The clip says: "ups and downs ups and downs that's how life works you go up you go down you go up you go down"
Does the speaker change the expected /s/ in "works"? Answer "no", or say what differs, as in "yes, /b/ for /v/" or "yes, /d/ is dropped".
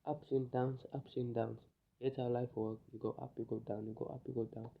yes, /s/ is dropped